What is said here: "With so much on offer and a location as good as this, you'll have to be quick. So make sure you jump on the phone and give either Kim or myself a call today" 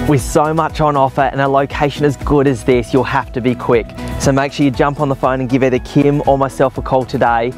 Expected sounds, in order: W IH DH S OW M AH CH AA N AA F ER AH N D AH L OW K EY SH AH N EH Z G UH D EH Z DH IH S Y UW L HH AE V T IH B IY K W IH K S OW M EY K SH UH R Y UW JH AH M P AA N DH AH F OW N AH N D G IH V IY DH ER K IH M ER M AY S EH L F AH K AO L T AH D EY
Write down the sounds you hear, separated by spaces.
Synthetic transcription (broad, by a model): W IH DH S OW M AH CH N AA F ER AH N AH L OW K EY SH AH N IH Z G UH D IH Z DH IH S Y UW L HH AE F T IH B IY K W IH K S OW M EY K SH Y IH JH AH M P N DH AH F OW N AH N G IH V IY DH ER K IH M ER M AY S EH L F AH K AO L T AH D EY